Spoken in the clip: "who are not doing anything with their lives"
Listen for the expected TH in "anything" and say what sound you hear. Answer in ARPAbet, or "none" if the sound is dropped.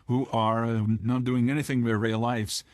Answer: TH